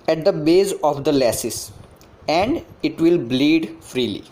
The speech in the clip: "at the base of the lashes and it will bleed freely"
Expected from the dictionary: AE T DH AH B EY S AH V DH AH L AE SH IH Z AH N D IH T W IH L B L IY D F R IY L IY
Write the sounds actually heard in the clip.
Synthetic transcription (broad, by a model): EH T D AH B EY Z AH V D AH L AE S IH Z AH N D IH T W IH L B L IY D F R IY L IY